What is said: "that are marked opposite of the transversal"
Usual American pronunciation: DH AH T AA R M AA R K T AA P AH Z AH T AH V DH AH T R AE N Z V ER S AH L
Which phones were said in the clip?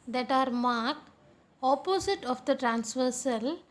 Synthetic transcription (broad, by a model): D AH T AA R M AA R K AA P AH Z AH T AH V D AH T R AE N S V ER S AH L